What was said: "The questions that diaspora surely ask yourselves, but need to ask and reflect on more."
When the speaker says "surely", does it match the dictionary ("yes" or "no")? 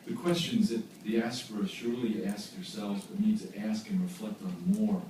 yes